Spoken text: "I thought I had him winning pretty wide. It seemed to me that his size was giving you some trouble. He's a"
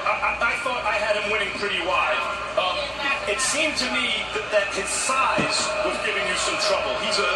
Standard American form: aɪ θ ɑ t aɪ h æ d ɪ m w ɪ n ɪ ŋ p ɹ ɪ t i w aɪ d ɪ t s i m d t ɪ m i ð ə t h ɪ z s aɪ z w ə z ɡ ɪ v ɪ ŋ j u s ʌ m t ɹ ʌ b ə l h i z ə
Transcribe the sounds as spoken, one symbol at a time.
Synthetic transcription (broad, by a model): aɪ θ ɑ t aɪ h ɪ d ɪ m w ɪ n ɪ ŋ p ɹ ɪ t i w aɪ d ɪ t s i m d t ɪ m i ð ə t h ɪ z s aɪ z w ə z ɡ ɪ v ɪ ŋ j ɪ s ʌ m t ɹ ʌ b ə l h i z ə